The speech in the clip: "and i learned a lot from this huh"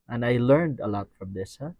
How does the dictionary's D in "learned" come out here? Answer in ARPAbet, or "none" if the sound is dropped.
D